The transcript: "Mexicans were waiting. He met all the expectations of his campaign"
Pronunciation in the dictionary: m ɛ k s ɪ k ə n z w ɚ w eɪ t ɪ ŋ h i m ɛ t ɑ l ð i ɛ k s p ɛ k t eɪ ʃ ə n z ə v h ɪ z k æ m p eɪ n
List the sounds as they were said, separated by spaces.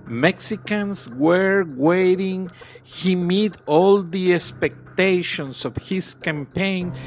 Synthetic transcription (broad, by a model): m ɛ k s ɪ k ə n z w ɚ w eɪ t ɪ ŋ h i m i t ɑ l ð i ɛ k s p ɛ k t eɪ ʃ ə n s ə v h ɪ s k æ m p eɪ n